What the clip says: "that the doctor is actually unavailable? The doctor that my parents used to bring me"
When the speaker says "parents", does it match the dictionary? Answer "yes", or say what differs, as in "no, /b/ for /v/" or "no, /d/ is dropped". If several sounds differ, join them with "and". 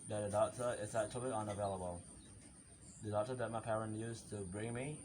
no, /s/ is dropped